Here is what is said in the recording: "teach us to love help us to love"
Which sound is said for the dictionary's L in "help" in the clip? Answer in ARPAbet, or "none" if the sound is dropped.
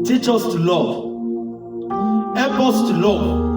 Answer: none